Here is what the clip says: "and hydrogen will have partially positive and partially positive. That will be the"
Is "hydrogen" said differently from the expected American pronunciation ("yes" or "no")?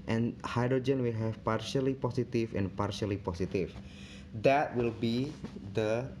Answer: no